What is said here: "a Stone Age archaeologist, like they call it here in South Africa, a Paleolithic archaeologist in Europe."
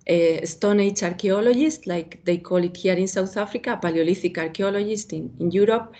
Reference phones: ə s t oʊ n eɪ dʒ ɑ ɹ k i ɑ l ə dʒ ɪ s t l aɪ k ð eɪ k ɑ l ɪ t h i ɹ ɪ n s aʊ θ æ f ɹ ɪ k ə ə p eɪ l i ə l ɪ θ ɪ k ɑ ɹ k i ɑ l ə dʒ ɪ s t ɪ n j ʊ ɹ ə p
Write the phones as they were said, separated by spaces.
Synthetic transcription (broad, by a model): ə s t oʊ n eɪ tʃ ɑ ɹ k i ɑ l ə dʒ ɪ s t l aɪ k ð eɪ k ɑ l ɪ t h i ɹ ɪ n s aʊ θ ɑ f ɹ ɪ k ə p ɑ l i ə l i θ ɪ k ɑ ɹ k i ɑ l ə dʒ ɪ s t ɪ n j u ɹ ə p